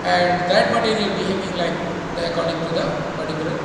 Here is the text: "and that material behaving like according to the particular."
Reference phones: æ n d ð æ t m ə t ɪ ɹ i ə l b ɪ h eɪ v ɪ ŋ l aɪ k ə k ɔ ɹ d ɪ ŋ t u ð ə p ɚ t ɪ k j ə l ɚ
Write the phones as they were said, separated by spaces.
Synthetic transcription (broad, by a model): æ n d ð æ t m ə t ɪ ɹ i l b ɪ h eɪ ɪ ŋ l aɪ k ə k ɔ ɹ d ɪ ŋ t u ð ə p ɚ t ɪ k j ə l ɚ